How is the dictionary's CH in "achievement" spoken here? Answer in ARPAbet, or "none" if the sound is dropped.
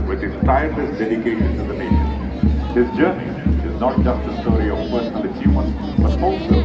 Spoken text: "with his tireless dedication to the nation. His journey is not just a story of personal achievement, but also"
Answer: S